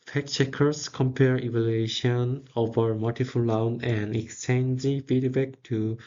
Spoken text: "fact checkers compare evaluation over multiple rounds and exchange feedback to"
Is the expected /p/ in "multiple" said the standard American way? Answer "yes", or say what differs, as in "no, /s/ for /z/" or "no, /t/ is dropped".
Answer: no, /f/ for /p/